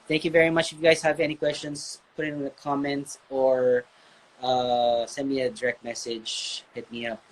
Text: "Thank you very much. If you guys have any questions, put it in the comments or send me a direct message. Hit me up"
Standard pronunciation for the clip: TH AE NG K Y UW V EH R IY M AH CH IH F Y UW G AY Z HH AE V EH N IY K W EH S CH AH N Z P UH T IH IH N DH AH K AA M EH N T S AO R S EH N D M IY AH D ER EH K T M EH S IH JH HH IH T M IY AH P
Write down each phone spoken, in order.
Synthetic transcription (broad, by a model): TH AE NG K Y UW V EH R IY M AH CH IH F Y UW G AY Z HH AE V EH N IY K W EH S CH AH N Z P UH T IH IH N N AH K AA M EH N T AO R S EH N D M IY AH D ER EH K T M EH S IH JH HH IH T M IY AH P